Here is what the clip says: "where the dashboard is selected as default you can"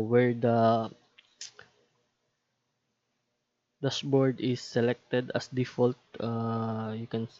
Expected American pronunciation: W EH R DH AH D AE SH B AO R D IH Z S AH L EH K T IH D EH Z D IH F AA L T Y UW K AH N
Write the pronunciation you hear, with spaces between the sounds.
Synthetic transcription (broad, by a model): W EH R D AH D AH S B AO R D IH S AH L EH K T IH D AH S D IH F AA L T Y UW K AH N